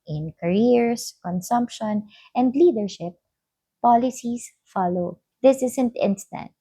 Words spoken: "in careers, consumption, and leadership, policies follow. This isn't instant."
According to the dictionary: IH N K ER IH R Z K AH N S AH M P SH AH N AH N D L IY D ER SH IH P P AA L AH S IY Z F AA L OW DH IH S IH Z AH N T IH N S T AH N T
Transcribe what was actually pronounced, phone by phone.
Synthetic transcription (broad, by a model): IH N K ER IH R S K AH N S AH M P SH AH N AH N D L IY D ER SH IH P P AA L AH S IY S F AA L OW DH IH S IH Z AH N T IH N S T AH N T